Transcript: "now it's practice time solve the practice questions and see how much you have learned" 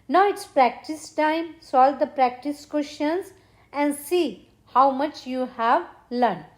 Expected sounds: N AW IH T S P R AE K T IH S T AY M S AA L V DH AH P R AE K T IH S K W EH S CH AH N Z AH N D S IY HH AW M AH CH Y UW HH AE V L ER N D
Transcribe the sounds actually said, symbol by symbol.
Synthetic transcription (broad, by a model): N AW IH T S P R AE K T IH S T AY M S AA L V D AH P R AE K T IH S K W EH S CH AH N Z AH N D S IY HH AW M AH CH Y UW HH AE V L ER N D